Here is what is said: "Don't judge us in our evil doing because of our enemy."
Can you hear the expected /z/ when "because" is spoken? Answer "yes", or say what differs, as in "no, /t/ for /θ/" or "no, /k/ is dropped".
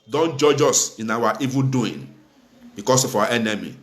no, /s/ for /z/